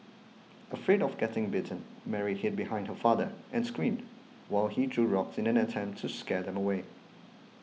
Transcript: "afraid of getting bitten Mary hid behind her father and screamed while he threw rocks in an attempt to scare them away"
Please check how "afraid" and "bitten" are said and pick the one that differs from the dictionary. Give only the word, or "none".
none